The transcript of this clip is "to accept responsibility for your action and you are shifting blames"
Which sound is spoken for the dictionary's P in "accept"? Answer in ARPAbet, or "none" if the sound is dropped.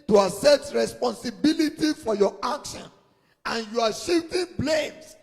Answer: none